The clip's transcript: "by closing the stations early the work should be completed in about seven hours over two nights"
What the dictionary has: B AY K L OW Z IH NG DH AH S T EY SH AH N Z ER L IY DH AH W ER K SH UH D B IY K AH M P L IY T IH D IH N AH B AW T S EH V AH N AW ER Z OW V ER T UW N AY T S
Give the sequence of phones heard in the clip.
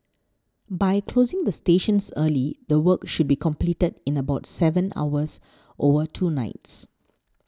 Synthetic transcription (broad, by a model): B AY K L OW Z IH NG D AH S T EY SH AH N S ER L IY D AH W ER K SH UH D B IY K AH M P L IY T IH D IH N AH B AW T S EH V AH N AW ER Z OW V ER T UW N AY T S